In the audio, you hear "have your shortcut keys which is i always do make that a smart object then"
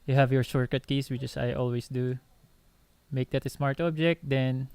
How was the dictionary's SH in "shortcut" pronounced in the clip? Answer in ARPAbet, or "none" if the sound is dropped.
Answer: S